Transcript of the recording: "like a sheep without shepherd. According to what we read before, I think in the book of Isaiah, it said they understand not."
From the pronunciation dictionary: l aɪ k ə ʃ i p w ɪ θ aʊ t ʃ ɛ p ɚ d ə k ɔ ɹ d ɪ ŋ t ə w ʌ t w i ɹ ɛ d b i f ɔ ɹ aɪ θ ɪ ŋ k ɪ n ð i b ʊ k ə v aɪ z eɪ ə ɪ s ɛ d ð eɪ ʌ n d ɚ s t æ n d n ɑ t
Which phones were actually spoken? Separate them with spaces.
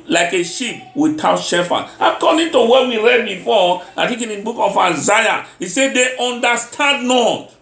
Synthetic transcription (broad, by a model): l aɪ k ə ʃ i p w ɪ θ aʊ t ʃ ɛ f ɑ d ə k ɔ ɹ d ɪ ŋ t ə w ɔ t w i ɹ ɛ d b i f ɔ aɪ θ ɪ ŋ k ɪ n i b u k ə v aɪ z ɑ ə ɪ s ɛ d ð eɪ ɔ n d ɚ s t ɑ n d n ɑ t